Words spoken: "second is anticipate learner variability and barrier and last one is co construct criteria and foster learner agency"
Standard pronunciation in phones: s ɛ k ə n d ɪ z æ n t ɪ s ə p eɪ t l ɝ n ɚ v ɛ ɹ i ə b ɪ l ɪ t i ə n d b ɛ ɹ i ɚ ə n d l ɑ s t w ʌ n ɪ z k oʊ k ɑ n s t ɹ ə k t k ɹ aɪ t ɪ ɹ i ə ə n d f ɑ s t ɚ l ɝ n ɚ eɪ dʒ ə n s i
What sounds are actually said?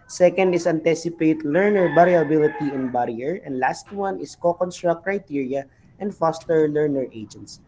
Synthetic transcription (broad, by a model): s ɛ k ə n d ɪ s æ n t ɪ s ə p eɪ t l ɝ n ɚ b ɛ ɹ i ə b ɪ l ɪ t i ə n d b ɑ ɹ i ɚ ə n d l ɑ s t w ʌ n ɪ s k oʊ k ɑ n s t ɹ ə k t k ɹ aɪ t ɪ ɹ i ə ə n d f ɑ s t ɚ l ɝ n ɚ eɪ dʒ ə n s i